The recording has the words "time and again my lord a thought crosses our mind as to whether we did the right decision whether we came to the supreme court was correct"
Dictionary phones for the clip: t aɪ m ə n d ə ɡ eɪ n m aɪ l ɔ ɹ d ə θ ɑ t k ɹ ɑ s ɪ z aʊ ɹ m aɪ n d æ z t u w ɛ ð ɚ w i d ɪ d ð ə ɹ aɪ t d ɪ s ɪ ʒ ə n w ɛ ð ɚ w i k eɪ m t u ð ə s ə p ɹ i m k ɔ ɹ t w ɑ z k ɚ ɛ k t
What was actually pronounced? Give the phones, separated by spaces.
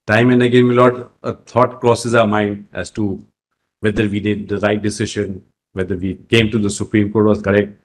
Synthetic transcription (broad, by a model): t aɪ m ə n d ə ɡ eɪ n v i l ɔ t ə t ɑ t k ɹ ɑ s ɪ z aʊ ɹ m aɪ n d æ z t u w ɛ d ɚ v i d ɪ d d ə ɹ aɪ t d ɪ s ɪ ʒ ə n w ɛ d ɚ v i k eɪ m t u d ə s ə p ɹ i m k ɔ ɹ t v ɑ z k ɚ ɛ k t